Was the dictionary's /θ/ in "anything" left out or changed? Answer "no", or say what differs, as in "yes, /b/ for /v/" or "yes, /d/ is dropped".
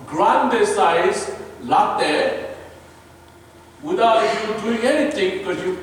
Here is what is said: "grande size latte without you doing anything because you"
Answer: yes, /t/ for /θ/